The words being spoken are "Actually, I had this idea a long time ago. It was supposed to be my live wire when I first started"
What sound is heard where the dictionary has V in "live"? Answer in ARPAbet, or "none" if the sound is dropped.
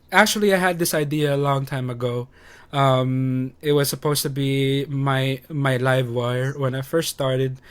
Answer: V